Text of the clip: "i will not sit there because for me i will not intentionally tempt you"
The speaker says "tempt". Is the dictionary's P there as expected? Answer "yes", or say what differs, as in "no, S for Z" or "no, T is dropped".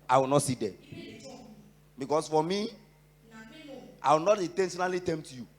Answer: no, P is dropped